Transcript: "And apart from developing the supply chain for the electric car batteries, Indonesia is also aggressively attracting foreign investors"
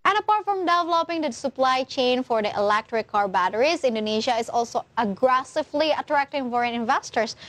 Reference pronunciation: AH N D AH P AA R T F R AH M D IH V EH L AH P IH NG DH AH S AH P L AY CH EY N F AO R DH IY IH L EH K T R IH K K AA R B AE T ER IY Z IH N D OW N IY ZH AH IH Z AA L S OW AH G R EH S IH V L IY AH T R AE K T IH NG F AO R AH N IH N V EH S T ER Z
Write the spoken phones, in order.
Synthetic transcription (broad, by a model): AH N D AH P AA R T F R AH M D IH V EH L AH P IH NG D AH S AH P L AY CH EY N F AO R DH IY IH L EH K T R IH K K AA R B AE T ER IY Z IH N D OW N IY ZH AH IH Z AA L S OW AH G R EH S IH V L IY AH T R AE K T IH NG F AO R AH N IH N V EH S T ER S